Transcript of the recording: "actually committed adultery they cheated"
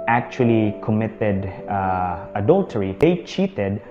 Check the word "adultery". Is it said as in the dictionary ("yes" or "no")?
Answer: yes